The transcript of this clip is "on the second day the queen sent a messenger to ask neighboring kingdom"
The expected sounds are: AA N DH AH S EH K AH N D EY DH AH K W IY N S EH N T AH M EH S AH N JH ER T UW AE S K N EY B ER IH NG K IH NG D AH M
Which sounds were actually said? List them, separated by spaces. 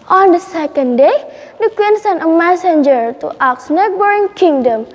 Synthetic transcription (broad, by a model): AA N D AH S EH K AH N D EY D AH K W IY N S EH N AH M EH S AH N JH ER T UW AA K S N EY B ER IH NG K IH NG D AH M